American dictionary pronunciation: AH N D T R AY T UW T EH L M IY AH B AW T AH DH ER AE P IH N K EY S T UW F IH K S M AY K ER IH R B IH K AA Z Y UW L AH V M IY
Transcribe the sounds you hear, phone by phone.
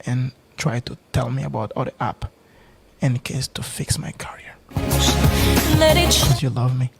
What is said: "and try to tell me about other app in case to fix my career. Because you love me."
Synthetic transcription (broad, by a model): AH N T R AY T UW T EH L M IY AH B AW T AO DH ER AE P IH N K EY S T UW F IH K S M AY K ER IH R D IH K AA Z Y UW L AH V M IY